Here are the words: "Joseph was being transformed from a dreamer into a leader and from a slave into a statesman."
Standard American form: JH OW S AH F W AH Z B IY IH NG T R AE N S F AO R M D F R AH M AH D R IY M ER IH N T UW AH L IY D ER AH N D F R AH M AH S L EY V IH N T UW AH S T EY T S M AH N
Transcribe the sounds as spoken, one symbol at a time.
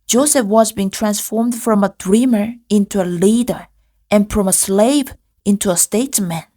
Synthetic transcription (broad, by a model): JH OW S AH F W AH Z B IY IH NG T R AE N S F AO R M D F R AH M AH D R IY M ER IH N T UW AH L IY D ER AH N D F R AH M AH S L EY V IH N T UW AH S T EY T S M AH N